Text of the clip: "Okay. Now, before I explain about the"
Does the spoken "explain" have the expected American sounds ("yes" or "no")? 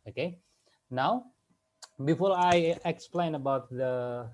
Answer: yes